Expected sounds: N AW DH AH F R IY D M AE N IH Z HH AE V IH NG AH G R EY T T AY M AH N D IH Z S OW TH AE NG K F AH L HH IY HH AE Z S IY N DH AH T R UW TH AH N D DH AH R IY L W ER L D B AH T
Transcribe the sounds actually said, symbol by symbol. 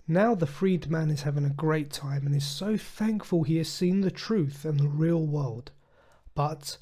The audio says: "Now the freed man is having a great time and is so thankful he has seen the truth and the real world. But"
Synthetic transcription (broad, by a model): N AW DH AH F R IY D M AE N IH Z HH AE V IH NG AH G R EY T T AY M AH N IH Z S OW TH AE NG K F AH L IY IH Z S IY N DH AH T R UW TH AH N DH AH R IY L W ER L D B AH T